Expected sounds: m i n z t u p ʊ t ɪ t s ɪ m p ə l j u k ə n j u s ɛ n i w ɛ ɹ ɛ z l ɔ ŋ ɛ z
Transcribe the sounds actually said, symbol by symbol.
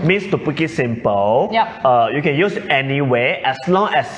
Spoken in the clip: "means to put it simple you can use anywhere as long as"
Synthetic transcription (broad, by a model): m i n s t u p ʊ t ɪ t s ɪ m p ə l j u k ə n j u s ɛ n i w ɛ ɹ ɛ s l ɔ ŋ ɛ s